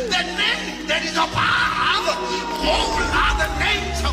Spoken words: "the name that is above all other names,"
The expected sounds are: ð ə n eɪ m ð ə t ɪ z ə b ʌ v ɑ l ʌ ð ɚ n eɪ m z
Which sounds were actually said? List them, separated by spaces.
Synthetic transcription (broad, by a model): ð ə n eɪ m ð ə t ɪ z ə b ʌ ɑ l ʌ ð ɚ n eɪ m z